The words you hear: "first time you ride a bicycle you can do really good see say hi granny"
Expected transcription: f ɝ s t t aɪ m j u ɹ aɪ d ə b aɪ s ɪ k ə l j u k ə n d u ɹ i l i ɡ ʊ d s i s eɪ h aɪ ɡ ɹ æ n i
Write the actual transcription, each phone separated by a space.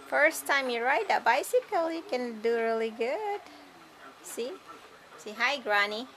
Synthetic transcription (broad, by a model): f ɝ s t t aɪ m j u ɹ aɪ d ə b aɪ s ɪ k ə l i k ə n d u ɹ i l i ɡ ʊ d s i s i h aɪ ɡ ɹ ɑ n i